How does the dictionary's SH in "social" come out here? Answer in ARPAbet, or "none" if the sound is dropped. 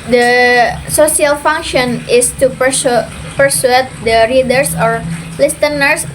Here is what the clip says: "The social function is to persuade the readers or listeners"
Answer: S